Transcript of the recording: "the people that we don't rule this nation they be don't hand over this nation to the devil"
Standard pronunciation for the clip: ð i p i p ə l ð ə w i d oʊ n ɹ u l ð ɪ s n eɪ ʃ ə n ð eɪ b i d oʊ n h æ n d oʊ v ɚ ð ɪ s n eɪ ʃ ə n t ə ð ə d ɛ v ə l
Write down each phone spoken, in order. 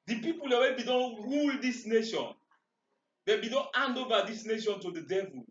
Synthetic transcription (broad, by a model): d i p i p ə l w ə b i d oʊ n ɹ u l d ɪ s n eɪ ʃ ə n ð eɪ b i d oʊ n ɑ n d oʊ v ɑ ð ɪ s n eɪ ʃ ə n t ə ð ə d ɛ v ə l